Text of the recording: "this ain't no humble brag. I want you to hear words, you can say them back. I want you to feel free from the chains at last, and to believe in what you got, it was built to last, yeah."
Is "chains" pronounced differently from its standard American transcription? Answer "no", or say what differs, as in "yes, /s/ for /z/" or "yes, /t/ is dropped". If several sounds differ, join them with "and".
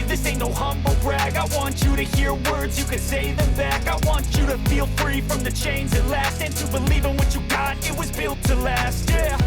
no